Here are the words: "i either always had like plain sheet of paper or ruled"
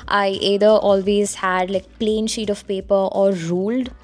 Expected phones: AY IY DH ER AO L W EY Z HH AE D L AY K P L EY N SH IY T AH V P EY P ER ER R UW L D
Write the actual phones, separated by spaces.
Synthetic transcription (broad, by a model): AY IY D ER AO L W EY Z HH AE D L AY K P L EY N SH IY T AH V P EY P ER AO R UW L D